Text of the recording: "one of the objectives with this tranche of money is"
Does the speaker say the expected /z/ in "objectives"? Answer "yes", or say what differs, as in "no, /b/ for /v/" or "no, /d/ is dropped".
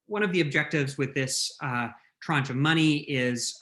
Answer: yes